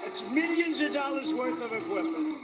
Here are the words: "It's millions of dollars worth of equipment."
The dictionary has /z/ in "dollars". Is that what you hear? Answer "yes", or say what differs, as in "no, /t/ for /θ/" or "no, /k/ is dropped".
yes